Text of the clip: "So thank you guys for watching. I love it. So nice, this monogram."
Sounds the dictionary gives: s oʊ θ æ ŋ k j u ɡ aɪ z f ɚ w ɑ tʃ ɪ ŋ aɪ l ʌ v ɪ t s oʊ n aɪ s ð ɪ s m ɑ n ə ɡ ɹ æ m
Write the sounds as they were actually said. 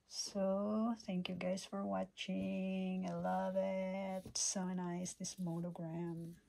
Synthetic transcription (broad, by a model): s oʊ θ æ ŋ k j u ɡ aɪ z f ɚ w ɑ tʃ ɪ ŋ aɪ l ʌ v ɪ t s oʊ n aɪ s ð ɪ s m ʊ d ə ɡ ɹ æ m